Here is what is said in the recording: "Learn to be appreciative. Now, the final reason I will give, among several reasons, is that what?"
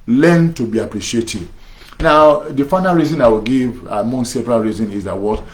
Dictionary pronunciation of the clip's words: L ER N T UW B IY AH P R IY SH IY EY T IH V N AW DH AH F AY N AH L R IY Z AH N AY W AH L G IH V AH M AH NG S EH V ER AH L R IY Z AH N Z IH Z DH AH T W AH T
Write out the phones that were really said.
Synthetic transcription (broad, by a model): L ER N T UW B IY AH P R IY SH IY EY T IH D N AW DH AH F AY N AH L R IY Z AH N AY W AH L G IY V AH M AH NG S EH P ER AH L R IY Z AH N IH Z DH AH T W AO T